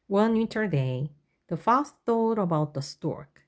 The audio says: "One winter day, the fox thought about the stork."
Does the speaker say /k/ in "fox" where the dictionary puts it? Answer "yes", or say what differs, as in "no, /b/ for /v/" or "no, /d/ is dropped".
no, /k/ is dropped